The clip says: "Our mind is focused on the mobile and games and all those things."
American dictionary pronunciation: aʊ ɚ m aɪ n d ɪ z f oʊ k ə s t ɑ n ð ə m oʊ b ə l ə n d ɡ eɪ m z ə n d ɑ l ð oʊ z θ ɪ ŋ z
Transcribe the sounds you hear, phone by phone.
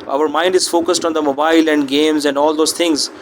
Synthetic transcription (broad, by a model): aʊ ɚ m aɪ n d ɪ z f oʊ k ə s t ɑ n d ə m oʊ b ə l ə n d ɡ eɪ m z ə n d ɑ l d oʊ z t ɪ ŋ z